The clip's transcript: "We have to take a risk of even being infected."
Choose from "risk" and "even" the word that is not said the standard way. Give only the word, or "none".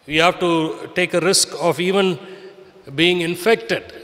none